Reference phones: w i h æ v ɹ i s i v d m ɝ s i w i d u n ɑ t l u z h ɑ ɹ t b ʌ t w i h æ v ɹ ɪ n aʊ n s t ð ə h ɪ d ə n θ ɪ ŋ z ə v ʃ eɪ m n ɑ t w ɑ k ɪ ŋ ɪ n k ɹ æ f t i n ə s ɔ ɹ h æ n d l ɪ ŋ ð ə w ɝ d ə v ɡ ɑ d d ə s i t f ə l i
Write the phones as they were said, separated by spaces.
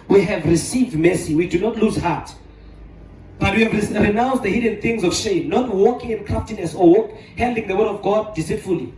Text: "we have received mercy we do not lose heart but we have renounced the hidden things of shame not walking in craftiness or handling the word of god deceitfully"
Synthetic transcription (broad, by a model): w i h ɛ v ɹ i s i v d m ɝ s i w i d u n ɑ t l u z h ɑ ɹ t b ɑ t w i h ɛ v ɹ ɪ n aʊ n s t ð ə h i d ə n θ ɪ ŋ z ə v ʃ eɪ m n ɑ t w ɑ k ɪ ŋ ɪ n k ɑ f t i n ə s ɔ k h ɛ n d ɪ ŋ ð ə w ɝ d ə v ɡ ɑ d d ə s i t f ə l i